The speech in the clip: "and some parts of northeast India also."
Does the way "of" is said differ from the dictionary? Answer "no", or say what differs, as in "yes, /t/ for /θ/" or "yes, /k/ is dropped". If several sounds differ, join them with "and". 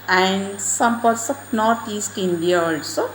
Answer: yes, /p/ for /v/